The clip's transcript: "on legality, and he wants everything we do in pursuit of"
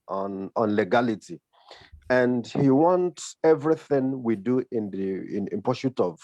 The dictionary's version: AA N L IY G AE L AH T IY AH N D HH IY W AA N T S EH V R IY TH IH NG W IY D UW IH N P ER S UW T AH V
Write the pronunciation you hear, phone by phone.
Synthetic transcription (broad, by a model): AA N L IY G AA L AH T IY AH N D HH IY W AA N T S EH V R IY TH IH NG W IY D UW IH N P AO SH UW T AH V